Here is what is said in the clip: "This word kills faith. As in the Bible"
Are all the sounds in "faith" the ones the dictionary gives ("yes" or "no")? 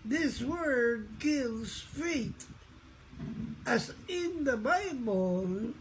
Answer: no